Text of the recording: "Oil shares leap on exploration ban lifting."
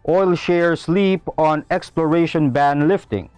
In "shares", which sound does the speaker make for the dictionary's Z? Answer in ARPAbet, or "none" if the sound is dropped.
S